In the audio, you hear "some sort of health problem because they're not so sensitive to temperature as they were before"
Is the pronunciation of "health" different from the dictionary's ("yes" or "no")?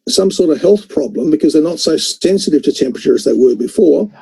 no